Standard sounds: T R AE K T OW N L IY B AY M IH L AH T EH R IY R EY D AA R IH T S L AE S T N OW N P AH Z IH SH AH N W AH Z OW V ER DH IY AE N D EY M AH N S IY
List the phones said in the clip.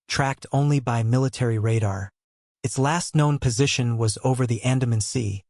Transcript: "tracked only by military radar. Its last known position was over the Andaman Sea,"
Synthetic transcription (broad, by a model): T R AE K T OW N L IY B AY M IH L AH T EH R IY R EY D AA R IH T S L AE S T N OW N P AH Z IH SH AH N W AH Z OW V ER DH IY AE N D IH M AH N S IY